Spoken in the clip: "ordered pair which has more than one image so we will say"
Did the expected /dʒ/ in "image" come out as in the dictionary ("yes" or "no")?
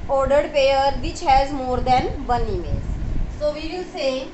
no